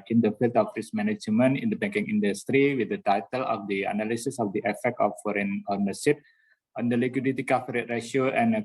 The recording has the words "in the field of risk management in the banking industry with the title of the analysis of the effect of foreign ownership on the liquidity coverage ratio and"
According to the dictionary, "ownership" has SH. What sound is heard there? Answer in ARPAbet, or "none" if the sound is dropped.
S